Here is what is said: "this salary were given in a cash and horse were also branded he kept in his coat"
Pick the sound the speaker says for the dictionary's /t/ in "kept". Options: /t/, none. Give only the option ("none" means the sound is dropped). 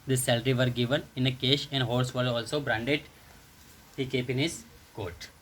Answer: none